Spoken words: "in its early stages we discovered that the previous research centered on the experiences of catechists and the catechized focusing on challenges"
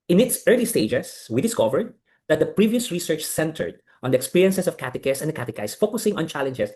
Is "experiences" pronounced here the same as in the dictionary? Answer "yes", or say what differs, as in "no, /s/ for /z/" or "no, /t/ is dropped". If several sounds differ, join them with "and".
no, /s/ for /z/